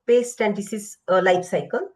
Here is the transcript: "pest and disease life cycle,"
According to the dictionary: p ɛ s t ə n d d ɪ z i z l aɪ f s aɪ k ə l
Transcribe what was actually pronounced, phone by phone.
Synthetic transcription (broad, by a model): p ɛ s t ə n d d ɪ s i s l aɪ p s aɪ k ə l